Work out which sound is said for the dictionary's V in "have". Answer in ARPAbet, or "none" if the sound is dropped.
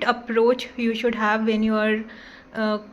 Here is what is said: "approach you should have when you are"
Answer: V